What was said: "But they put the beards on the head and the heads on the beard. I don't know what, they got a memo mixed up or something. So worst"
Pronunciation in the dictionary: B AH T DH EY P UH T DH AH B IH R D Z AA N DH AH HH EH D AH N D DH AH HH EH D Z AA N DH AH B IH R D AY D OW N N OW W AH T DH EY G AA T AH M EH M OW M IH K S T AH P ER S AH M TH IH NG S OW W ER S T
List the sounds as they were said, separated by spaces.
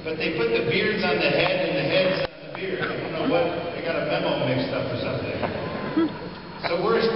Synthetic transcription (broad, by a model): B AH T DH EY P UH T DH AH B IH R D Z N DH AH HH EH D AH N DH AH HH EH D Z N DH AH B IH R D AY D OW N N OW W AH T DH EY G AA T AH M EH M OW M IH K S T AH F ER S AH M TH IH NG S OW W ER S